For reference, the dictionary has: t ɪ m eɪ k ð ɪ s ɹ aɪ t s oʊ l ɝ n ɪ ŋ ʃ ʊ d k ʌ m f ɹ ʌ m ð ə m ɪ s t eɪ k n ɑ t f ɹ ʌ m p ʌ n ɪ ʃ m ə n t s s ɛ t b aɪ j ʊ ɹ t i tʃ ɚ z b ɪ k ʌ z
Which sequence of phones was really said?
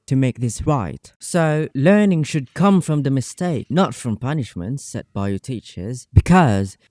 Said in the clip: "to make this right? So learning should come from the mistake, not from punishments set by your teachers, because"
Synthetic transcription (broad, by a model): t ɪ m eɪ k ð ɪ s ɹ aɪ t s oʊ l ɝ n ɪ ŋ ʃ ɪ d k ʌ m f ɹ ʌ m ð ə m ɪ s t eɪ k n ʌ t f ɹ ʌ m p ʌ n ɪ ʃ m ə n t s s ɛ t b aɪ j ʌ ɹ t i tʃ ɚ z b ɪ k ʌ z